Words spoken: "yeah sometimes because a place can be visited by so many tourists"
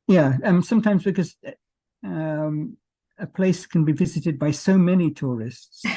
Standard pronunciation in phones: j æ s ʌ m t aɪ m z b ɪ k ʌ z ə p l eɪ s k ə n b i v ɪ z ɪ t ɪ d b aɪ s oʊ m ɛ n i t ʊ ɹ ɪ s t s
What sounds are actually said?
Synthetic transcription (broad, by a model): j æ s ʌ m t aɪ m z b ɪ k ʌ z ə p l eɪ s k ə n b i v ɪ z ɪ t ɪ d b aɪ s oʊ m ɛ n i t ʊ ɹ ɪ s t s